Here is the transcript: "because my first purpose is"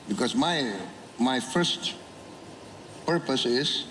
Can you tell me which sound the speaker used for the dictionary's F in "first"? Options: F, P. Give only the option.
F